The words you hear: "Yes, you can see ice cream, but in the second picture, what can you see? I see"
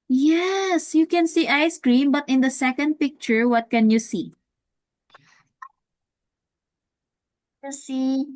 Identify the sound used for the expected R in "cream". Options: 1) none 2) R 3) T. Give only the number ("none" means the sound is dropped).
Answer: 2